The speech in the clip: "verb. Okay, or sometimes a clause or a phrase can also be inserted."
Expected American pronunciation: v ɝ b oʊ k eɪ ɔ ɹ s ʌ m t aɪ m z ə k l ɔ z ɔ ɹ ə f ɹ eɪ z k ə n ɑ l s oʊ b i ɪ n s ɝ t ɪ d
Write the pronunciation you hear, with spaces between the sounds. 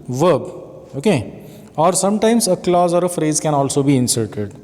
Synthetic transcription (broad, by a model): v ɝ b oʊ k eɪ ɔ ɹ s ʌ m t aɪ m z ə k l ɔ z ɔ ɹ ə f ɹ eɪ z k ə n ɑ l s oʊ b i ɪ n s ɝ t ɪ d